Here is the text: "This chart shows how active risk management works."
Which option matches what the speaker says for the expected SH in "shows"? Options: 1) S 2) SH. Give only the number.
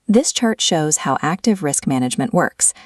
2